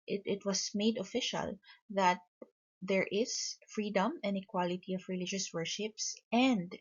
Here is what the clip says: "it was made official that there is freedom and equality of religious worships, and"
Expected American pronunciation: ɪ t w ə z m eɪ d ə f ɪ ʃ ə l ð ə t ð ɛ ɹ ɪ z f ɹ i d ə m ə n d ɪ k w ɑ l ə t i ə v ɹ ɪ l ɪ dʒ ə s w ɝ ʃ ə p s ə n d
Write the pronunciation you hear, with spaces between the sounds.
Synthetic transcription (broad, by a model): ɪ t w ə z m eɪ d ə f ɪ ʃ ə l ð ə t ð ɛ ɹ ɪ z f ɹ i d ə m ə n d ɪ k w ɑ l ə t i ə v ɹ ɪ l ɪ dʒ ə s w ɝ ʃ ə p s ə n d